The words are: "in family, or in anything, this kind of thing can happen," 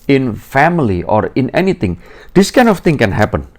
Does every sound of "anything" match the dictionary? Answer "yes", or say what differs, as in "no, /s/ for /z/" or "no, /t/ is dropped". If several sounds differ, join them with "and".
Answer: no, /t/ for /θ/